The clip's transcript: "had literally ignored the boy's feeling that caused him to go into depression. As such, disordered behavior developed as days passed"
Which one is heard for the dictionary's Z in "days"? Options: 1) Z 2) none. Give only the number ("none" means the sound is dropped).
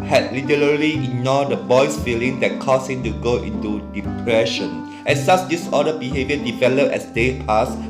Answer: 2